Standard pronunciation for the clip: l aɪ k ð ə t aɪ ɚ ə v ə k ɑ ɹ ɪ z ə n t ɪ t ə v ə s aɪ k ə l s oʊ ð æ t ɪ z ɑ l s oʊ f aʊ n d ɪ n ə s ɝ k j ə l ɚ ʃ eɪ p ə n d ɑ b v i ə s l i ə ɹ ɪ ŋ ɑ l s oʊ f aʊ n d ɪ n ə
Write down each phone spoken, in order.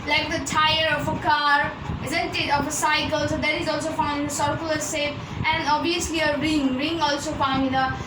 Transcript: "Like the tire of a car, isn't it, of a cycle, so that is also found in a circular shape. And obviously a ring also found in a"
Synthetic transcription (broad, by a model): l aɪ k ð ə t aɪ ɚ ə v ə k ɑ ɹ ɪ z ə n t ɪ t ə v ə s aɪ k ə l s oʊ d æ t ɪ z ɑ l s oʊ f aʊ n d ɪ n ə s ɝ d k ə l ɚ s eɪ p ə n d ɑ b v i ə s l i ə ɹ ɪ ŋ ɑ l s oʊ f aʊ n d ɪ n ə